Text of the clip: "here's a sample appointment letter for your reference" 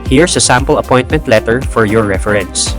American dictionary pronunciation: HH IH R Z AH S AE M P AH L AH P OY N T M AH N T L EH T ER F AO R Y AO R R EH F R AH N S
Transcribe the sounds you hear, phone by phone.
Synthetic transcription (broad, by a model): HH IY R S AH S AE M P AH L AH P OY N T M AH N T L EH T ER F AO R Y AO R R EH F R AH N S